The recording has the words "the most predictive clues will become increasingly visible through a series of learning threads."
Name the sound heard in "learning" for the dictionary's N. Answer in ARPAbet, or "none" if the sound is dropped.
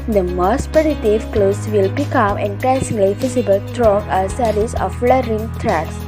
none